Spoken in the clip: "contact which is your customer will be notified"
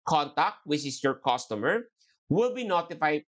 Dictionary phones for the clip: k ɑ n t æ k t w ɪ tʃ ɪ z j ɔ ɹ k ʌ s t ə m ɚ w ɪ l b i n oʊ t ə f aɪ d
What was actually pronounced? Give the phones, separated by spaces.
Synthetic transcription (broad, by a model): k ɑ n t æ k t w ɪ tʃ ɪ s j ɔ ɹ k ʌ s t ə m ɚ w ɪ l b i n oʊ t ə f aɪ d